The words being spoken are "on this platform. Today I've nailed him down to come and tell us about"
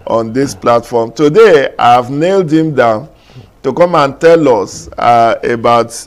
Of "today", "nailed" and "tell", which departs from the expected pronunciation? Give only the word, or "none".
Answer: none